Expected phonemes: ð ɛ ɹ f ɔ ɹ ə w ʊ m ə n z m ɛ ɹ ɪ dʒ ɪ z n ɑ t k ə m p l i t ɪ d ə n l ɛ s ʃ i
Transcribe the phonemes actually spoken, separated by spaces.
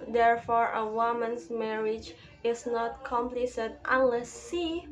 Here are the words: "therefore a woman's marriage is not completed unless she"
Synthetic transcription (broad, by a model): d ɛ ɹ f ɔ ɹ ə w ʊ m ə n s m ɛ ɹ ɪ dʒ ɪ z n ɑ t k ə m p l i s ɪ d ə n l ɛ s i